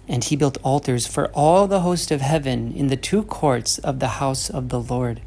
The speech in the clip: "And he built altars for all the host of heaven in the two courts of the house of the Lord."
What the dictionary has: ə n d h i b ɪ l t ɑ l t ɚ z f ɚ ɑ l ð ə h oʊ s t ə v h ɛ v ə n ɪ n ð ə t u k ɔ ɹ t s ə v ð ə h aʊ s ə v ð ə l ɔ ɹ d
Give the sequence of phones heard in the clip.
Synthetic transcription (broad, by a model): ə n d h i b ɪ l t ɑ l t ɚ z f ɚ ɑ l ð ə h oʊ s t ə v h ɛ v ə n ɪ n ð ə t u k ɔ ɹ t s ə v ð ə h aʊ s ə v ð ə l ɔ ɹ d